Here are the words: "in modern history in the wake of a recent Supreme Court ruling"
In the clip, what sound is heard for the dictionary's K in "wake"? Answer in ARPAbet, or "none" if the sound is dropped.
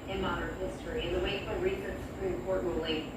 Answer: none